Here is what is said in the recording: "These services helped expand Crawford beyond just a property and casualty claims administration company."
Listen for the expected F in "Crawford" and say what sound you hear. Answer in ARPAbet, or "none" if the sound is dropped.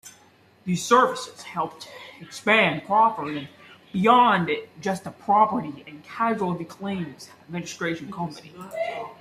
P